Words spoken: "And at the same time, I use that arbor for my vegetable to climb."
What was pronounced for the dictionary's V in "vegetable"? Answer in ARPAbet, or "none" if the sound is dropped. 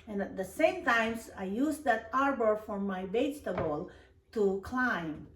B